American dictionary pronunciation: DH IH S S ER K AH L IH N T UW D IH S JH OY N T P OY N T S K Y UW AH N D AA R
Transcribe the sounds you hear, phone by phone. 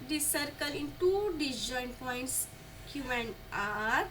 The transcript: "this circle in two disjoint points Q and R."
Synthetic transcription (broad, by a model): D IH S S ER K AH L IH N T UW D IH JH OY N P OY N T S K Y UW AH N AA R